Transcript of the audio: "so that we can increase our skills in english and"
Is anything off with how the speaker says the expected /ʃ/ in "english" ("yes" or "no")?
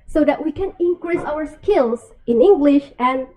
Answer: no